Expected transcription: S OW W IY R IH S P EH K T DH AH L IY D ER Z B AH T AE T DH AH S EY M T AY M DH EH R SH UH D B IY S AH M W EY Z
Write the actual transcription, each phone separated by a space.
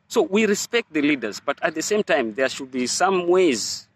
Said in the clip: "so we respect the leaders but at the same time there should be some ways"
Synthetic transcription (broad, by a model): S OW W IY R IH S P EH K T DH AH L IY D ER Z B AH T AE T DH AH S EY M T AY M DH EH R SH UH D B IY S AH M W EY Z